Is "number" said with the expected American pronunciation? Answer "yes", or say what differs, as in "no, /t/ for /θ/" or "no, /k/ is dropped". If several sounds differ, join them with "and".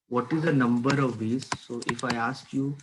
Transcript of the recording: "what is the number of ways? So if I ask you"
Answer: yes